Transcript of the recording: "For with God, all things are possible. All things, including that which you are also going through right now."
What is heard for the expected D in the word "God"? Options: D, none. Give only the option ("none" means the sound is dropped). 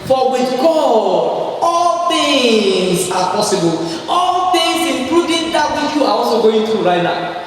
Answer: none